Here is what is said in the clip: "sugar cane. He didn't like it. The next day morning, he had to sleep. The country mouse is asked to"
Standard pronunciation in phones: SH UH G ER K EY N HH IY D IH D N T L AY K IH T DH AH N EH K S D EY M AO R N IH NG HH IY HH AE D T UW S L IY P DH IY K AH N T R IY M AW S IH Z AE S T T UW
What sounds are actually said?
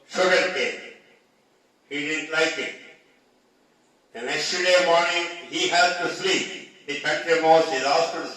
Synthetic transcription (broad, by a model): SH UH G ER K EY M HH IY D IH D N T L AY K IH T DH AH N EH K S D EY M AO R N IH NG HH IY HH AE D T UW S L IY P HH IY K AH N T IY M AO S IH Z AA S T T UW